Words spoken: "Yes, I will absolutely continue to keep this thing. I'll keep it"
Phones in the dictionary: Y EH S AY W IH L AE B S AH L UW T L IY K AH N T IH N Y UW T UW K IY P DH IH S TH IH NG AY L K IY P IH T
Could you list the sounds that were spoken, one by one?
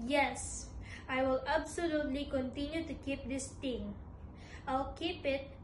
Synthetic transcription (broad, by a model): Y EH S AY W IH L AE B S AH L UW T L IY K AH N T IH N Y UW T UW K IY P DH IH S T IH NG AY L K IY P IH T